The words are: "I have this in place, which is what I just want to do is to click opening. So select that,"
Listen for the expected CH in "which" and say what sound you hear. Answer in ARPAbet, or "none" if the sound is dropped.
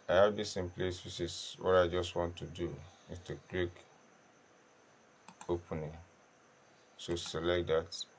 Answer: S